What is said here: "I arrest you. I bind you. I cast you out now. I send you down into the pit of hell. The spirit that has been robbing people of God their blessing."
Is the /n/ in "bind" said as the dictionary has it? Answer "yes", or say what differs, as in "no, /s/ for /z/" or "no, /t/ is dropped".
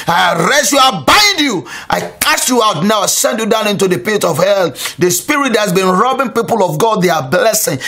no, /n/ is dropped